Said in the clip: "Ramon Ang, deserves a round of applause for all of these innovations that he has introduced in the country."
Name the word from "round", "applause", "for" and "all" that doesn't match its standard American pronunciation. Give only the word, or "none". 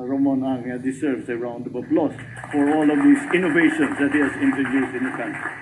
applause